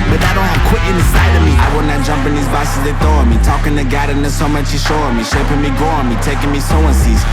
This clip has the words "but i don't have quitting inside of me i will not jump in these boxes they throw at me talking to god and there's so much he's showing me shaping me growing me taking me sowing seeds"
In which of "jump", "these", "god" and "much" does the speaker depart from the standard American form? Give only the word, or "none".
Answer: none